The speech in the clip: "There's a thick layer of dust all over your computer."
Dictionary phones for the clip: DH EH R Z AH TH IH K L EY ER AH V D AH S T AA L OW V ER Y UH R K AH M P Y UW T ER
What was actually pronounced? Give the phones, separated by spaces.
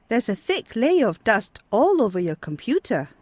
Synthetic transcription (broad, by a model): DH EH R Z AH TH IH K L EY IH AH V D AH S T AA L OW V ER Y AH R K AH M P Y UW T ER